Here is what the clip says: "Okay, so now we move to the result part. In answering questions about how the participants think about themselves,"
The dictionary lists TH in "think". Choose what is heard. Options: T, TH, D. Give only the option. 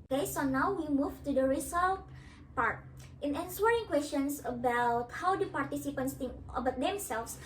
T